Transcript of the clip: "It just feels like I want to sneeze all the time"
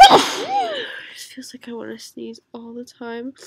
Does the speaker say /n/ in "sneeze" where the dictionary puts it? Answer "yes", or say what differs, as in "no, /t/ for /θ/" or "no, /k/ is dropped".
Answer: no, /n/ is dropped